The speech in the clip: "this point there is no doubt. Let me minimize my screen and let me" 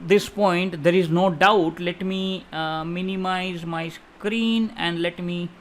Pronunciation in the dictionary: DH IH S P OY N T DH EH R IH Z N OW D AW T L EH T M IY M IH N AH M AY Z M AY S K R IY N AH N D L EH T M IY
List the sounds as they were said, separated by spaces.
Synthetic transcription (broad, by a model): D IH S P OY N T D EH R IH Z N OW D AW T L EH T M IY M IH N AH M AY Z M AY S K R IY N AH N D L EH T M IY